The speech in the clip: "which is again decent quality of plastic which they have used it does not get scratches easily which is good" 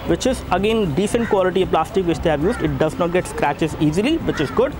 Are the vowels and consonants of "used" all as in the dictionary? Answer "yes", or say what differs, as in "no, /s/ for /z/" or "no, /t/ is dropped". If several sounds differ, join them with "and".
yes